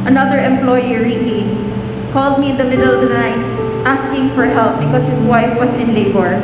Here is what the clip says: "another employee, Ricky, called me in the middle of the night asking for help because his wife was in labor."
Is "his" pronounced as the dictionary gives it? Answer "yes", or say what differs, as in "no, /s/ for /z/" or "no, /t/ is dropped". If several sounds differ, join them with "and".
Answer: no, /s/ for /z/